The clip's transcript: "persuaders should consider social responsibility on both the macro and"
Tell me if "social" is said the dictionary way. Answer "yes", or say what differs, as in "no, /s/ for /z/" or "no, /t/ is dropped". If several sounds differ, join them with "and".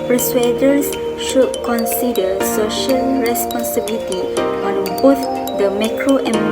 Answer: yes